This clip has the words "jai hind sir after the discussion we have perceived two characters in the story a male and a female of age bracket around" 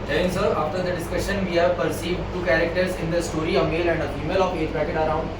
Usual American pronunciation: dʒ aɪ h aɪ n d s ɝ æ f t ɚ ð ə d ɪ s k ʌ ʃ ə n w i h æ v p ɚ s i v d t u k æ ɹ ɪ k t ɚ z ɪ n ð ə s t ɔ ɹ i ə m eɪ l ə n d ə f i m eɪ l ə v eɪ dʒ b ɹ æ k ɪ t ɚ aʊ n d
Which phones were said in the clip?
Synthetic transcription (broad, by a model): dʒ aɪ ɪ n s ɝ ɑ f t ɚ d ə d ɪ s k ʌ ʃ ə n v i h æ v p ɚ s i v d t u k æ ɹ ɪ k t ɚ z ɪ n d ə s t ɔ ɹ i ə m eɪ l ə n d ə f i m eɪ l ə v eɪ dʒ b æ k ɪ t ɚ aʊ n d